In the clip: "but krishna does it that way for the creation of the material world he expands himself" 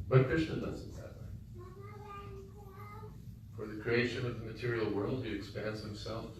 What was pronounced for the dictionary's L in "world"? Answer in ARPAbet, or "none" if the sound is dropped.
L